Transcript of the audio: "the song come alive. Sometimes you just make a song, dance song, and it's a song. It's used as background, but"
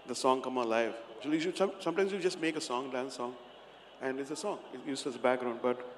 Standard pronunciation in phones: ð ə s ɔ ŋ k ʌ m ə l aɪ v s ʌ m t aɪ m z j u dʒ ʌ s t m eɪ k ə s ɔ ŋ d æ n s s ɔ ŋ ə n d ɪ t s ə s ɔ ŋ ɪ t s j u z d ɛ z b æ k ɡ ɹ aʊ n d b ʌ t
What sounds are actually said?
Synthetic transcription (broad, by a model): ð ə s ɔ ŋ k ʌ m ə l aɪ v s ʌ m t aɪ m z j u dʒ ʌ s t m eɪ k ə s ɔ ŋ d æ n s s ɔ ŋ ə n d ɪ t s ə s ɔ ŋ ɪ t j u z ɪ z b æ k ɡ ɹ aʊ n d b ʌ t